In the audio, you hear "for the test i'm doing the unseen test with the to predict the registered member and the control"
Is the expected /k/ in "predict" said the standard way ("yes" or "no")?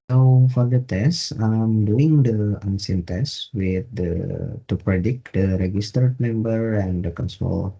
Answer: yes